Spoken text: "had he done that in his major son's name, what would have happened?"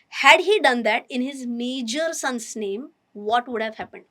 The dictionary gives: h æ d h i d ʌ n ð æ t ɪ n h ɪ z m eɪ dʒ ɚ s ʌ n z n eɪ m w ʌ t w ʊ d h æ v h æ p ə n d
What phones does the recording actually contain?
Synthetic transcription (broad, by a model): h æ d h i d ʌ n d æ t ɪ n h ɪ z m eɪ dʒ ɚ s ʌ n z n eɪ m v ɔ t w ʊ d h æ v h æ p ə n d